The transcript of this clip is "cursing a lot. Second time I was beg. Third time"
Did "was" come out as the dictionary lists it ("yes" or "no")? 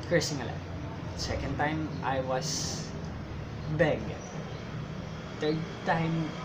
no